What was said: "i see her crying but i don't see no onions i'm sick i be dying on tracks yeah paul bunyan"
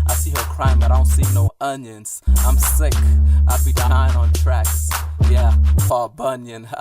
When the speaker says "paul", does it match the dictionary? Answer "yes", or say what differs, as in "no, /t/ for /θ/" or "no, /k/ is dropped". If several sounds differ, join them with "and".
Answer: no, /f/ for /p/